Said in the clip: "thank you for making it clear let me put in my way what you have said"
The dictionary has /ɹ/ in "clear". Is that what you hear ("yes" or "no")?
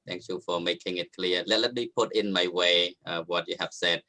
no